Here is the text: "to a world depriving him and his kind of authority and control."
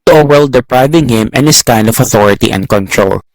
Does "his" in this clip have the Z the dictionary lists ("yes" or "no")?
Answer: no